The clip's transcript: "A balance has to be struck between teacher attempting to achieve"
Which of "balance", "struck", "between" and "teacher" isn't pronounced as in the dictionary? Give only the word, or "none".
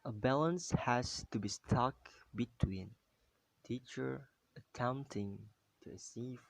struck